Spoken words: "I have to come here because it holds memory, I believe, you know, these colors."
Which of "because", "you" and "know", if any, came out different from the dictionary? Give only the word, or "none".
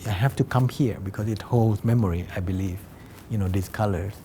because